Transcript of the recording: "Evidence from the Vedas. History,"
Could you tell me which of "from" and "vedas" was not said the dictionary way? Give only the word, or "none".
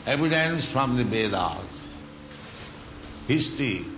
vedas